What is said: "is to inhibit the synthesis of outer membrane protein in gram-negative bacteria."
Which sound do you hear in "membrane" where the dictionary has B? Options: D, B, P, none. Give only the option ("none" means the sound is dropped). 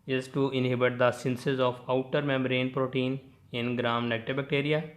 none